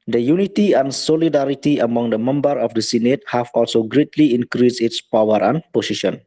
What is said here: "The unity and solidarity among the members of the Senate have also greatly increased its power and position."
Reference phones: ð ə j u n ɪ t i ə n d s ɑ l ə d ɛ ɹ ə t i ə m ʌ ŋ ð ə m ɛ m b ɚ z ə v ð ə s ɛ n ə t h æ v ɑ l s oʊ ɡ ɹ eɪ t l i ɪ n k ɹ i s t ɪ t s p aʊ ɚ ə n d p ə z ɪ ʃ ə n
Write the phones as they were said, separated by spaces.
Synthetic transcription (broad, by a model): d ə j u n ɪ t i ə n s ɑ l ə d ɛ ɹ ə t i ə m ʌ ŋ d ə m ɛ m b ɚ ə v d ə s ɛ n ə t h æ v ɑ l s oʊ ɡ ɹ eɪ t l i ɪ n k ɹ i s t ɪ t s p aʊ ɚ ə n p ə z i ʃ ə n